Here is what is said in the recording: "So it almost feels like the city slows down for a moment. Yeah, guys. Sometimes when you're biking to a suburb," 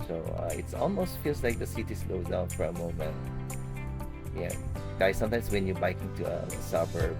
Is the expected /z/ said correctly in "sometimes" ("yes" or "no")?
no